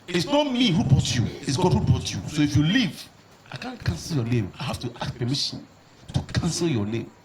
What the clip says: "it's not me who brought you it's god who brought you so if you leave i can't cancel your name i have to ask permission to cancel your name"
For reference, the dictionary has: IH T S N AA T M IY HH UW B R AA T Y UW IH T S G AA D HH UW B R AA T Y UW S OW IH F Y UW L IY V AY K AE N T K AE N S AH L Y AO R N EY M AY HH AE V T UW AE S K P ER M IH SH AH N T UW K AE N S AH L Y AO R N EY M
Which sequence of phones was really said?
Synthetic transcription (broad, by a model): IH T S N AA T M IY HH UW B AA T Y UW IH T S G AA D HH UW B AA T Y UW S OW IH F Y UW L IY V AY K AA N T K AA N S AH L Y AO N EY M AY HH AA F T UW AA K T P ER M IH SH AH N T UW K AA N S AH L Y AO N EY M